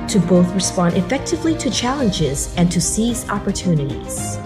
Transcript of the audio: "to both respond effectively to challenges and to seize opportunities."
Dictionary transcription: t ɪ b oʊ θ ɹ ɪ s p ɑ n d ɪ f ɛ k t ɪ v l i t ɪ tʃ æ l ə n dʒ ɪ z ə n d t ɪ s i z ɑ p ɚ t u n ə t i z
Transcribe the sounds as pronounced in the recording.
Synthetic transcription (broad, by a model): t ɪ b oʊ θ ɹ ɪ s p ɑ n d ɪ f ɛ k t ɪ v l i t ɪ tʃ æ l ə n dʒ ɪ z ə n t ɪ s i z ɑ p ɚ t u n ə t i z